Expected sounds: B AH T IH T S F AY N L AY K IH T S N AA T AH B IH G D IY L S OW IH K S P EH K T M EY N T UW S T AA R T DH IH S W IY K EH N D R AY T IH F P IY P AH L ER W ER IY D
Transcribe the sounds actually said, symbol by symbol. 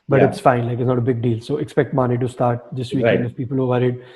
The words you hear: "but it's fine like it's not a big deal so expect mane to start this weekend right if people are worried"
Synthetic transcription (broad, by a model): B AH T IH T S F AY N L AY K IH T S N AA T AH B IH G D IY L S OW IH K S P EH K T M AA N T UW S T AA R T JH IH S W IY EH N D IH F P IY P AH L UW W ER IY D